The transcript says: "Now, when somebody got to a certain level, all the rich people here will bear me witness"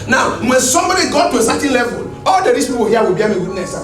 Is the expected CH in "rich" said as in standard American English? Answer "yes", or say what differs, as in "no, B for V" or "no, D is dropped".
no, S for CH